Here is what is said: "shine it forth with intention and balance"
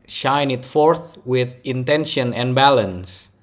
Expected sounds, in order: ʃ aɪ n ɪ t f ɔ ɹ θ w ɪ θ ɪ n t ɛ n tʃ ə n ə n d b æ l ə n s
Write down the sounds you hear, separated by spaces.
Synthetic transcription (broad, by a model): ʃ aɪ n ɪ t f ɔ ɹ θ w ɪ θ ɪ n t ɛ n ʃ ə n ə n b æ l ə n s